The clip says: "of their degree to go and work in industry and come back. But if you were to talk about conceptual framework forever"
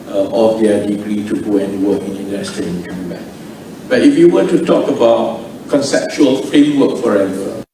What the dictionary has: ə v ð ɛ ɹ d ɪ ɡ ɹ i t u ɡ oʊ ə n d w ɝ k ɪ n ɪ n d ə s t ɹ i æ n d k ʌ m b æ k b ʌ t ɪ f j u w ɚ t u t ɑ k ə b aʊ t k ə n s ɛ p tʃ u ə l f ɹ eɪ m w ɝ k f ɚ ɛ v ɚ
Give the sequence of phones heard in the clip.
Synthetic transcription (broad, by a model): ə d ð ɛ d ɪ ɡ ɹ i t u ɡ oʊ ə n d w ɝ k ɪ n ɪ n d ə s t i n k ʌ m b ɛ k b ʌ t ɪ f j u w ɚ t u t ɑ k ə b aʊ t k ə n s ɛ p tʃ u ə l f ɹ eɪ m w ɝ k f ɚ ɛ v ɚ